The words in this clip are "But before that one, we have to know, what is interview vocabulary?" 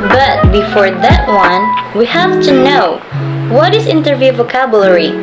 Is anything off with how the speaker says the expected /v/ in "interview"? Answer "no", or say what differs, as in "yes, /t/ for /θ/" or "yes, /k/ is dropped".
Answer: no